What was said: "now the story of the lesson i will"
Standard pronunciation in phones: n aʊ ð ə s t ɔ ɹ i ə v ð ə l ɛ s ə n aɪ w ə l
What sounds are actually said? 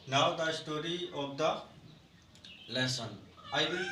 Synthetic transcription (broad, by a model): n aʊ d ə s t ɔ ɹ i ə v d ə l ɛ s ə n aɪ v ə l